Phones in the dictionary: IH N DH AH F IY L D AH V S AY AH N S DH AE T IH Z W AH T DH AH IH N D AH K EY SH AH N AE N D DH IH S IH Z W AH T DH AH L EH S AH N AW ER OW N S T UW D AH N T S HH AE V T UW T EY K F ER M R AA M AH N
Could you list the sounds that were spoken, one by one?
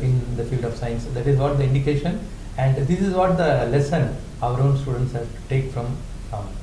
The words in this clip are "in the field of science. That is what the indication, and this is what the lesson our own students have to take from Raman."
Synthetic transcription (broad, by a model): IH N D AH F IY L D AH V S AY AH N S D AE T IH Z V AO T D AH IH N D AH K EY SH AH N AE N D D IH S IH Z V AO T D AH L EH S AH N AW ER OW N S T UW D AH N T S HH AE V T UW T EY K F R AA M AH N